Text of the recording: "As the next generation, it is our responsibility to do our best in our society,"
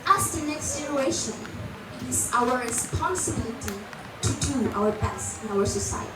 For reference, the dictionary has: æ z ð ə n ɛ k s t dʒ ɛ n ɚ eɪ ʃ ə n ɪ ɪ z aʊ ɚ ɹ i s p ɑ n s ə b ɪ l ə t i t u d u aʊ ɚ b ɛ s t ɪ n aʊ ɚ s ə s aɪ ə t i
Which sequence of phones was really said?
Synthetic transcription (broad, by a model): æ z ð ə n ɛ k s t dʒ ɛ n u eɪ ʃ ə n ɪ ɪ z aʊ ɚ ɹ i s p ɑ n s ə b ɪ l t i t u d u aʊ ɚ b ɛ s ɪ n aʊ ɚ s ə s aɪ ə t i